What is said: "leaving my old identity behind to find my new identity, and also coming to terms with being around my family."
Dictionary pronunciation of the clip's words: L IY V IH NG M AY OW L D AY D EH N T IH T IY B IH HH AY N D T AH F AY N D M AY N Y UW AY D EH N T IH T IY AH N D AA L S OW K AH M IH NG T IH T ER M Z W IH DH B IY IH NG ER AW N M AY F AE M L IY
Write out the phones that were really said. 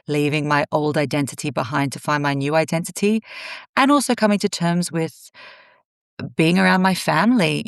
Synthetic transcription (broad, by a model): L IY V IH NG M AY OW L D AY D EH N T IH T IY B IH HH AY N T AH F AY N M AY N Y UW AY D EH N T IH T IY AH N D AA L S OW K AH M IH NG T IH T ER M Z W IH DH B IY IH NG ER AW N M AY F AE M L IY